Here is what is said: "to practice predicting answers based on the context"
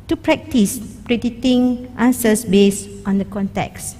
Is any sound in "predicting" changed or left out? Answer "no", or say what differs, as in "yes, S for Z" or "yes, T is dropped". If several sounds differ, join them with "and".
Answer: yes, K is dropped